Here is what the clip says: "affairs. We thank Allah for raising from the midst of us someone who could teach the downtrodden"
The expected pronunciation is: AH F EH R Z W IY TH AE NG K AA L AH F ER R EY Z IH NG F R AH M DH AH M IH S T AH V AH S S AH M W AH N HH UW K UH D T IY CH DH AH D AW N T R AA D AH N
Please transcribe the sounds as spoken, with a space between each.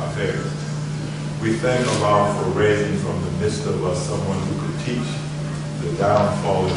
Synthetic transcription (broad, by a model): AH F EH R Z W IY TH AE NG K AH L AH F ER R EY Z IH NG F R AH M DH AH M IH S T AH W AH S S AH M W AH N HH UW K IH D T IY CH DH AH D AW N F AA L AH